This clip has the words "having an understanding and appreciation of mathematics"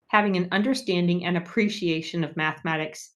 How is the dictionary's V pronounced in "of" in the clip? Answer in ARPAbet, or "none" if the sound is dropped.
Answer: V